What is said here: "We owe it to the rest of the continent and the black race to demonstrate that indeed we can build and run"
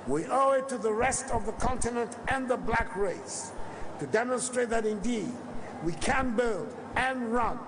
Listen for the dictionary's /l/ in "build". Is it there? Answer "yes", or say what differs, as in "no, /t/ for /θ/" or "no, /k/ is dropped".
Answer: yes